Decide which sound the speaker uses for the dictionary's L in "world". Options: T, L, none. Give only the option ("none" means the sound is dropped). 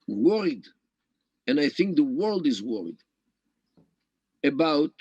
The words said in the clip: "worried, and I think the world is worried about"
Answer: L